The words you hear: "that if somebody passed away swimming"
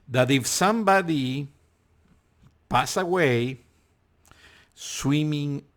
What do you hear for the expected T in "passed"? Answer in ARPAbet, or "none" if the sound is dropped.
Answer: none